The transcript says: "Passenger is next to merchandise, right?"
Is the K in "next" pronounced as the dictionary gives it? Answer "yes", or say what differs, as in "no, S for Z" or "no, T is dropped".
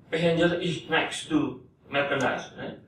yes